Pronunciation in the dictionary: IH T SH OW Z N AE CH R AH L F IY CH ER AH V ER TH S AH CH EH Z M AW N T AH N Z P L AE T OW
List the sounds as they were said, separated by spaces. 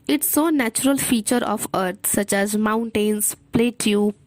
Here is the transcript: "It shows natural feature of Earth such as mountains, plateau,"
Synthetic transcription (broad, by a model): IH T S OW N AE CH R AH L F IY CH ER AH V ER T S AH CH EH Z M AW N T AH N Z P L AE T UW